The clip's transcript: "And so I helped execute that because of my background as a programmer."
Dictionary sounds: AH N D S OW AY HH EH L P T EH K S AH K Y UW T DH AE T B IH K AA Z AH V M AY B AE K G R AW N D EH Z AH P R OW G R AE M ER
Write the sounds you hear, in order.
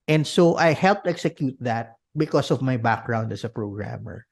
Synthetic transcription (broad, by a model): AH N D S OW AY HH EH L P T EH K S AH K Y UW T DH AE T B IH K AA S AH V M AY B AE K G R AW N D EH S AH P R OW G R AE M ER